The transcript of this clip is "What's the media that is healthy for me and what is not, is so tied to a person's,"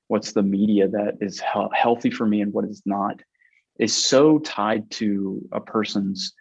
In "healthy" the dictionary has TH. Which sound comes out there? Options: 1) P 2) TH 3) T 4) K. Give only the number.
2